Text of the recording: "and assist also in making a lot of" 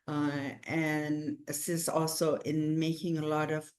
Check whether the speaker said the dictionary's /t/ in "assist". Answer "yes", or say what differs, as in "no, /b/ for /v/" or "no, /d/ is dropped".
no, /t/ is dropped